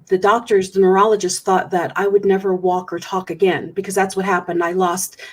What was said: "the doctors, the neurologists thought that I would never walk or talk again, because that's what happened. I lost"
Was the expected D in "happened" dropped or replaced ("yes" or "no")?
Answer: no